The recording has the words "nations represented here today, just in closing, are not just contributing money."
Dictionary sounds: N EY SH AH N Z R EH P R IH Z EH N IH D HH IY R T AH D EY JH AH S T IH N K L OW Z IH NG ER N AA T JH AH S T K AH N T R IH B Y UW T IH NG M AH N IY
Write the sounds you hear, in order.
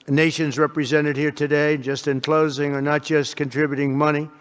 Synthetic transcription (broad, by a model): N EY SH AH N Z R EH P R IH Z EH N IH D HH IY R T AH D EY JH AH S T IH N K L OW Z IH NG ER N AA T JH AH S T K AH N T R IH B Y UW T IH NG M AH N IY